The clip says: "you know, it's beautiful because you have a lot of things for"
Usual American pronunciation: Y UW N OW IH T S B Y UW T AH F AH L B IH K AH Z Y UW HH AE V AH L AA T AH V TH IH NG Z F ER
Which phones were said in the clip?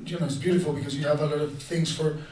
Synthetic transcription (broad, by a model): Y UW N OW IH T S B Y UW T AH F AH L B IH K AH Z Y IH V AH L AA T AH V TH IH NG Z F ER